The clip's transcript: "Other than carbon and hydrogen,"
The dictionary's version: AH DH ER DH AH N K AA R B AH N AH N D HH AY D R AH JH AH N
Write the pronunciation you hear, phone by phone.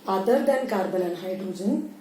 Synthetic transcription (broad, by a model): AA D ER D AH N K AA R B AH L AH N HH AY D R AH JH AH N